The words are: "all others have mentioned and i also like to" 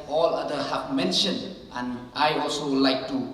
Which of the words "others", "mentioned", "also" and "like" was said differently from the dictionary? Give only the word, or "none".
others